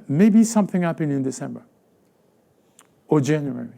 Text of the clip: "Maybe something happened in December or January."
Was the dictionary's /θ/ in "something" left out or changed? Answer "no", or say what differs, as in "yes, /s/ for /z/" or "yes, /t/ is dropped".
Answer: no